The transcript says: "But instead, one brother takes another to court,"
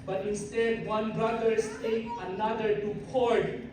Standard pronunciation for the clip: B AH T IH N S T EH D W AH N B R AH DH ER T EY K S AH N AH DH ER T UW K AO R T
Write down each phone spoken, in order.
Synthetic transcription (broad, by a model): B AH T IH N S T EH D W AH N B R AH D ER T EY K AH N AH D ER T UW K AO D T